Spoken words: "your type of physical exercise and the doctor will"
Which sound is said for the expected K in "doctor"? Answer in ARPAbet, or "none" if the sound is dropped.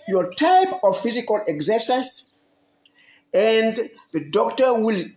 K